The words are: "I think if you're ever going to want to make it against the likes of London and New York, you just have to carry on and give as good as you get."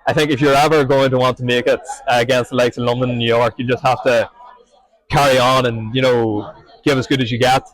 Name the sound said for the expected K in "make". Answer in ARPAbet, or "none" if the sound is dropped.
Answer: K